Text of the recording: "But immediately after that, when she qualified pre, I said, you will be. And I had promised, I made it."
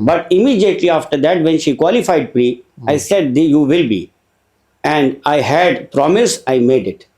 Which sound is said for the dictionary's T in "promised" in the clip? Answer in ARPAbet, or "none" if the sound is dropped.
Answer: none